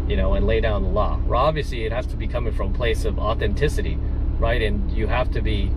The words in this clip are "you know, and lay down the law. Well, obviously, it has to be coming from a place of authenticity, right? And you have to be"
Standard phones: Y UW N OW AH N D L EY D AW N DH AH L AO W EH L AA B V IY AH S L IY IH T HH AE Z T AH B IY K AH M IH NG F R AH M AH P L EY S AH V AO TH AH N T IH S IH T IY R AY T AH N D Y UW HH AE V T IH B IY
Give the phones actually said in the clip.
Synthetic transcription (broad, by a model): Y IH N OW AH N L EY D AW N DH AH L AO AA B V IY AH S L IY IH T HH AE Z T AH B IY K AH M IH NG F R AH M AH P L EY S AH V AO TH AH N T IH S IH T IY R AY T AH N Y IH HH AE F T IH B IY